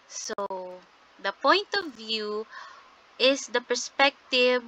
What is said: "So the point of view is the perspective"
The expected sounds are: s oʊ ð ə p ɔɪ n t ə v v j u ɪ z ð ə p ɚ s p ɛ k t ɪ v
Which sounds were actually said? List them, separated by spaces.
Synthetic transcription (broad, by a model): s oʊ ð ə p ɔɪ n t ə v v j u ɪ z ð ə p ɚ s p ɛ k t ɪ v